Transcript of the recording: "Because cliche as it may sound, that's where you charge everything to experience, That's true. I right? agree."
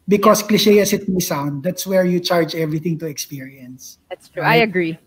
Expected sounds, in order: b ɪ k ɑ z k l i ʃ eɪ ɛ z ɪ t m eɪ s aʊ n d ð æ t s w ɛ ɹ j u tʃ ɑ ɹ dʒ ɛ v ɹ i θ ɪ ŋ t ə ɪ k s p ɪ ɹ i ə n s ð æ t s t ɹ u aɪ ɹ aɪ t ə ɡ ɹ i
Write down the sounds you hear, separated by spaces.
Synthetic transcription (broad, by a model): b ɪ k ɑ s k l i ʃ eɪ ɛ s ɪ t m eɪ s aʊ n d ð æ t s w ɛ ɹ j u tʃ ɑ ɹ dʒ ɛ v ɹ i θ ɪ ŋ t ə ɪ k s p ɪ ɹ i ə n s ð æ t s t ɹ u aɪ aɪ ə ɡ ɹ i